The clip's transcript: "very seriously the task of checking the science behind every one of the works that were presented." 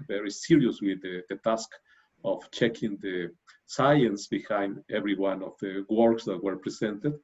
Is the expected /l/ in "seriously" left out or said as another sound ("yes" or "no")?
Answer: yes